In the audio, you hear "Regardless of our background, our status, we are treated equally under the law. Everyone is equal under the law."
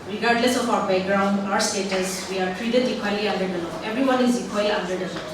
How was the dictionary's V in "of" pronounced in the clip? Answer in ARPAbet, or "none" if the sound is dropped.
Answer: P